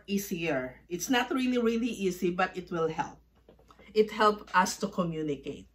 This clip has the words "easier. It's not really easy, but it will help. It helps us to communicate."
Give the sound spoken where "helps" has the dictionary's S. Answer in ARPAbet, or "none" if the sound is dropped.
none